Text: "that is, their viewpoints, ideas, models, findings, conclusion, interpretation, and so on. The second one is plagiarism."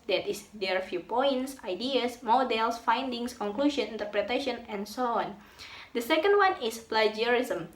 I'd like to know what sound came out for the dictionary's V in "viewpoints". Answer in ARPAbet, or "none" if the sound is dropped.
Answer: F